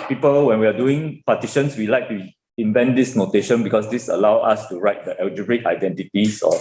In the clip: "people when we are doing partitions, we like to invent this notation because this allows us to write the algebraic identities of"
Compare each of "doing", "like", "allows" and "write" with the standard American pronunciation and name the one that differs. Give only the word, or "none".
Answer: allows